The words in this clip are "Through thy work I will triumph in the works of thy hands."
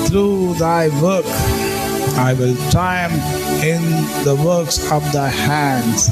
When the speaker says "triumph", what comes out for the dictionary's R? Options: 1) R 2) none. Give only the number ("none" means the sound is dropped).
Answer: 2